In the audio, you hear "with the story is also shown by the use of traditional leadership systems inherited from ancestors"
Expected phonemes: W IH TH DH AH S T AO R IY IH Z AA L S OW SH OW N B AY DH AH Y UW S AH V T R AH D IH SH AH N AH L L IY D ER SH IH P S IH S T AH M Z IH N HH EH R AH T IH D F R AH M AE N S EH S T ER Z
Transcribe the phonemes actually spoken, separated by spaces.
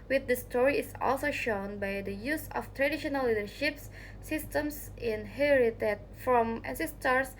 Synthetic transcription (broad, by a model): W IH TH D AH S T AO R IY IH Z AA L S OW SH OW N B AY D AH Y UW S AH F T R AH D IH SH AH N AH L L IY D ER SH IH P S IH S T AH M S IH N HH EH R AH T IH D F R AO M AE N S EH S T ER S